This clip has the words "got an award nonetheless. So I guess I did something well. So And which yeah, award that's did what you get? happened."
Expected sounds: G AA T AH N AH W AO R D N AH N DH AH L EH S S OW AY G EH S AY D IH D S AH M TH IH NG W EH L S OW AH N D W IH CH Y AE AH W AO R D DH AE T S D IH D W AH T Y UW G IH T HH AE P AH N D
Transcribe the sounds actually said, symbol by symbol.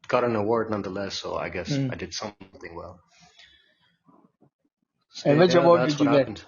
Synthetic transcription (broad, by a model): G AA T AH N AH W AO R D N AH N DH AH L EH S S OW AY G EH S AY D IH D S AH M TH IH NG W EH L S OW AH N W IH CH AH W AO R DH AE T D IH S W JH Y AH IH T HH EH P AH N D